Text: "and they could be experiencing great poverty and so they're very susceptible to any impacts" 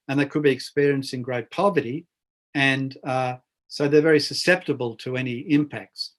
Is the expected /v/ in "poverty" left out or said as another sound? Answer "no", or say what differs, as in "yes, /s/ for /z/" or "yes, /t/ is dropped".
no